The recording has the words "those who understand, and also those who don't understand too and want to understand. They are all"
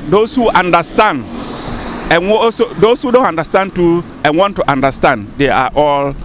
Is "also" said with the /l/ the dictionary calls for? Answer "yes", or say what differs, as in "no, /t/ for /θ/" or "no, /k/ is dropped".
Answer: no, /l/ is dropped